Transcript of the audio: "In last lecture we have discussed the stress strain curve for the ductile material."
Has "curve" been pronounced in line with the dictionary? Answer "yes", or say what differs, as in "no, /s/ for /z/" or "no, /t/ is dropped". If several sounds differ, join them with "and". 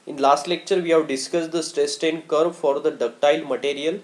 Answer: no, /b/ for /v/